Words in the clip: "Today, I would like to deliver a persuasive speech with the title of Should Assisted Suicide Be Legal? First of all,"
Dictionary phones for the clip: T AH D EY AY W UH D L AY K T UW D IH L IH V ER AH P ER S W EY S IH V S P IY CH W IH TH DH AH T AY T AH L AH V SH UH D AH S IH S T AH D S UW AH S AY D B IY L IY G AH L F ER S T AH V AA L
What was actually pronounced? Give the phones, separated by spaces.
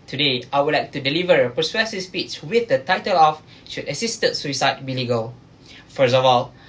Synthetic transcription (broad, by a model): T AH D EY AY W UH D L AY K T UW D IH L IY V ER AH P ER S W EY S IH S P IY S W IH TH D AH T AY T AH L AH F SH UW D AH S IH S T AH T S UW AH S AY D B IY L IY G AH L F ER S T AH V AA L